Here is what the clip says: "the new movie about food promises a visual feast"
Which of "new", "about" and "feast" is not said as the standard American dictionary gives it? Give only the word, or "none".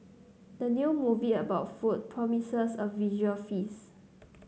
feast